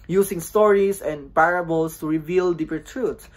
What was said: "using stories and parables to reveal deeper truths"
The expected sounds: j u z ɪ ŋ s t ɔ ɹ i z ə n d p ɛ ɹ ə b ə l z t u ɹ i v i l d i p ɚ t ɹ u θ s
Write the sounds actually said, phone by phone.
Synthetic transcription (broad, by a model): j u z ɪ ŋ s t ɔ ɹ i s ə n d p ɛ ɹ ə b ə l s t u ɹ i v i l d i p ɚ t ɹ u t